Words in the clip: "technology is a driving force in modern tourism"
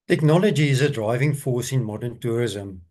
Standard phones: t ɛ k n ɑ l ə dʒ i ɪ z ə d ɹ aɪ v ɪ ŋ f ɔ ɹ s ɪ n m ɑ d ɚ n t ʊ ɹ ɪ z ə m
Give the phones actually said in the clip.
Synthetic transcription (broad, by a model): t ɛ k n ɑ l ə dʒ i ɪ z ə d ɹ aɪ v ɪ ŋ f ɔ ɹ s ɪ n m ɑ d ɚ n t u ɹ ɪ z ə m